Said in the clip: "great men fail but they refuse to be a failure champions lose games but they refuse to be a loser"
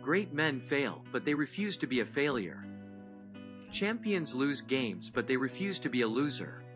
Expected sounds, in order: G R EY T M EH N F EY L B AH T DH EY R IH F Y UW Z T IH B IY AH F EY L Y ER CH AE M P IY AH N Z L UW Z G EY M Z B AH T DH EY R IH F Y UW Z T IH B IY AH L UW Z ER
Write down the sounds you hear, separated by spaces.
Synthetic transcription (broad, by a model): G R EY T M EH N F EY L B AH T DH EY R IH F Y UW Z T IH B IY AH F EY L Y ER CH AE M P IY AH N Z L UW Z G EY M Z B AH T DH EY R IH F Y UW Z T IH B IY AH L UW Z ER